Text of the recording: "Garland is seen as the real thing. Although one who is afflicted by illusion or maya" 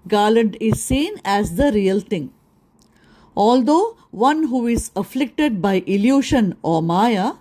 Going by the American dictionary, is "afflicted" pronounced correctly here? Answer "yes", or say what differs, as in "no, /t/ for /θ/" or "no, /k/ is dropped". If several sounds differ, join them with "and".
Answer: yes